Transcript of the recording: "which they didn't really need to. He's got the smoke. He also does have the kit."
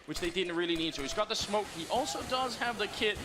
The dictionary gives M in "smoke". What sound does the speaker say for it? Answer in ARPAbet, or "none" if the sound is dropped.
M